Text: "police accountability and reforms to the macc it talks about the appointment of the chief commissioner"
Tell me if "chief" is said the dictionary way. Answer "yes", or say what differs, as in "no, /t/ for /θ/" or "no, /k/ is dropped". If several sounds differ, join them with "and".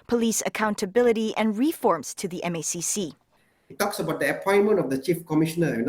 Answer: yes